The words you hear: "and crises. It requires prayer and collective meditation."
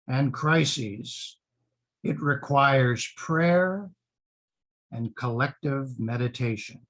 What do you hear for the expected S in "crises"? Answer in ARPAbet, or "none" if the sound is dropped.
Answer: S